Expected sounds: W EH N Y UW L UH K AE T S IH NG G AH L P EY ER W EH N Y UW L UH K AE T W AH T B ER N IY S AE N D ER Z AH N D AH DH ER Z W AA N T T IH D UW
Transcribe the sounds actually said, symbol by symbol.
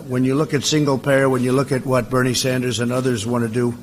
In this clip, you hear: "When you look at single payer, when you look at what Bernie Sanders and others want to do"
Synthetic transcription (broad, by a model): W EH N Y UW L UH K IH T S IH NG G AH L P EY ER W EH N Y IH L UH K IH T W AH T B ER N IY S AE N D ER Z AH N AH DH ER Z W AA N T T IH D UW